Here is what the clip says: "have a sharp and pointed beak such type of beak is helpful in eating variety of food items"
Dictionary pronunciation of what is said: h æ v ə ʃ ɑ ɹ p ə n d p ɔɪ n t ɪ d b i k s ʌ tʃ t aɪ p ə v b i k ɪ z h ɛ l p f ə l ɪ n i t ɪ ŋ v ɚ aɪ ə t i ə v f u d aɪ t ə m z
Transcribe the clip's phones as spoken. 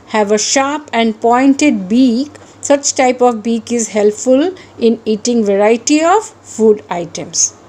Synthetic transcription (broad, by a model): h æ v ə ʃ ɑ ɹ p ə n d p ɔɪ n t ɪ d b i k s ʌ tʃ t aɪ p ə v b i k ɪ z h ɛ l p f ə l ɪ n i t ɪ ŋ v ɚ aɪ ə t i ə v f u d aɪ t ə m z